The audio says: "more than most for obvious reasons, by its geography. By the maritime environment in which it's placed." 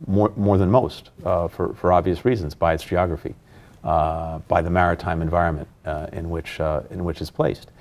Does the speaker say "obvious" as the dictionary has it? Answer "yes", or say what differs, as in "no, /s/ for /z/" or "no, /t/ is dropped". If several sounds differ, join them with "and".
yes